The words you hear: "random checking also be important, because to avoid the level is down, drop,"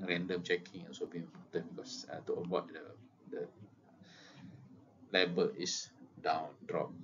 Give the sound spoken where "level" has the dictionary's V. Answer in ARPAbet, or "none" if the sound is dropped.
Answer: B